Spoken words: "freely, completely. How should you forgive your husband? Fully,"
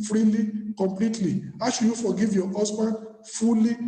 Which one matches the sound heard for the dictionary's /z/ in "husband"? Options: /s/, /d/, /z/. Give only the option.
/s/